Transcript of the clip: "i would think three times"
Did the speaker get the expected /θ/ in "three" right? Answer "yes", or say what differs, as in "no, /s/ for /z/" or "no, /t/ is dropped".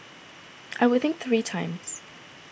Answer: yes